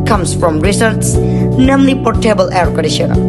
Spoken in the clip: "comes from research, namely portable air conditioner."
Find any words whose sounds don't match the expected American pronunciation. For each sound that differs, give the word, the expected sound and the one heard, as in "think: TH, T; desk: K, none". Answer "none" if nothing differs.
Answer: research: CH, S